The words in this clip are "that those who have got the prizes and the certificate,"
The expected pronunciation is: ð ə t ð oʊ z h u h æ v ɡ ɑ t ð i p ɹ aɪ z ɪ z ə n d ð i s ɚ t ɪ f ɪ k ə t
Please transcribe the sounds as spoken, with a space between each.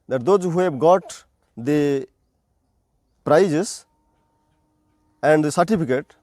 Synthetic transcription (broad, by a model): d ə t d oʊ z h u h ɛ b ɡ ɑ t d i p ɹ aɪ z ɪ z ə n d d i s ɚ t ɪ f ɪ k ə t